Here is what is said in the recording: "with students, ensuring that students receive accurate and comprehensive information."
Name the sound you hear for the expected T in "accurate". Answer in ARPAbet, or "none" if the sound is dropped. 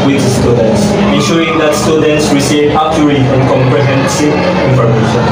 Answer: none